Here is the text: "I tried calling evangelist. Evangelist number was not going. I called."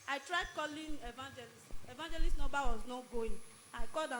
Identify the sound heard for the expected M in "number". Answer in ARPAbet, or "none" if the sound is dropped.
none